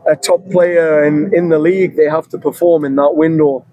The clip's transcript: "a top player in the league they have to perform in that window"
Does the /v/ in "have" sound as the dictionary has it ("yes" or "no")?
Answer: no